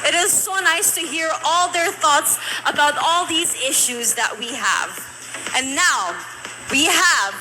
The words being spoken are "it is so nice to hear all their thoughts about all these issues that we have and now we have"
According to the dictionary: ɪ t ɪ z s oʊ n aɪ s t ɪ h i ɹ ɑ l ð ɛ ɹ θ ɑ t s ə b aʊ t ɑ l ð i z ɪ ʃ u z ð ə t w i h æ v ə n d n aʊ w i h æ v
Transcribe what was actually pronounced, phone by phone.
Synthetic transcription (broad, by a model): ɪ t ɪ z s oʊ n aɪ s t ɪ h i ɹ ɑ l ð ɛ ɹ θ ɑ t s ə b aʊ t ɑ l ð i z ɪ ʃ u z ð ə t w i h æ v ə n n aʊ w i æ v